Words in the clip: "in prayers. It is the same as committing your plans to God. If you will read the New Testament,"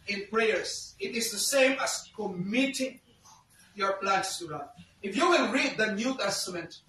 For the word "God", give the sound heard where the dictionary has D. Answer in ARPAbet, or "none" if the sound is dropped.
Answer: none